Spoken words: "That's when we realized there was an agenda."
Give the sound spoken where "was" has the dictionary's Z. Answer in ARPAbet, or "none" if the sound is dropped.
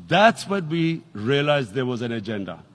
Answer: Z